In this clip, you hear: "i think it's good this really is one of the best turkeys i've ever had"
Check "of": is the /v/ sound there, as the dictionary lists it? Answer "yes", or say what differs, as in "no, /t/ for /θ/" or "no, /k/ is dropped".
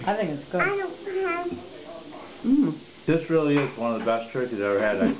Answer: yes